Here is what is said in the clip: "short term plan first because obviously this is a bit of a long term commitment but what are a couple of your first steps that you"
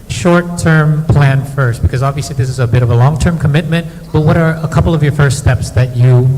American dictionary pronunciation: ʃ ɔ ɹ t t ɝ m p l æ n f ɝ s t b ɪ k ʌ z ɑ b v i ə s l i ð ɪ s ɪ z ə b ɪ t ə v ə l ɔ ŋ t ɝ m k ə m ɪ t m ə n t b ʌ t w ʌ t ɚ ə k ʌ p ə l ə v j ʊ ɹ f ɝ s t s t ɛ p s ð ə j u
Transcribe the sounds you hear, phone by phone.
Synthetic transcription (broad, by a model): ʃ ɔ ɹ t t ɝ m p l æ n f ɝ s t b ɪ k ʌ z ɑ b v i ə s l i ð ɪ s ɪ z ə b ɪ t ə v ə l ɔ ŋ t ɝ m k ə m ɪ t m ə n t b ʌ t w ʌ t ɚ ə k ʌ p l ə v j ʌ ɹ f ɝ s t s t ɛ p s ð ə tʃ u